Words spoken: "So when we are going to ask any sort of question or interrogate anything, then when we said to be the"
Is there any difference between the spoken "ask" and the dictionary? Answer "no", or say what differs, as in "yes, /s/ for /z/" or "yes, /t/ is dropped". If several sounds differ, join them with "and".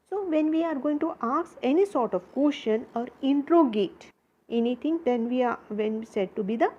yes, /k/ is dropped